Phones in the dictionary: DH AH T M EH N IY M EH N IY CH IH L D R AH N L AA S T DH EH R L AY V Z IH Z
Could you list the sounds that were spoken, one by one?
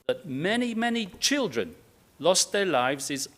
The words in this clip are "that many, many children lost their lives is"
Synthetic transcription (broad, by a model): DH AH T M EH N IY M EH N IY CH IH L D R AH N L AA S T DH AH R L AY V Z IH Z